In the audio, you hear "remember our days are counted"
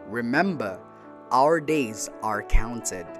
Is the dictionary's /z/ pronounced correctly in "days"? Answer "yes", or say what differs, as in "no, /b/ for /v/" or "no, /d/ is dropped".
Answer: yes